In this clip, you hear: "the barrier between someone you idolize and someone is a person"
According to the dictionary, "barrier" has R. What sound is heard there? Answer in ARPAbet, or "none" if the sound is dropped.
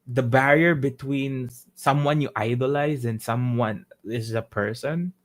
R